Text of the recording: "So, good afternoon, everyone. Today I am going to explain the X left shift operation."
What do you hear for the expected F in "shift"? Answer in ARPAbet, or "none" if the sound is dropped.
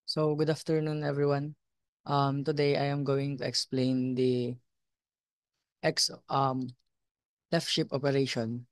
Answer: P